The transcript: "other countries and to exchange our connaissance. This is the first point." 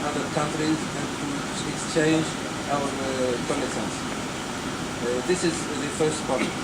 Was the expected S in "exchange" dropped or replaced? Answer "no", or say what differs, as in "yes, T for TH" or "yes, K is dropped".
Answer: no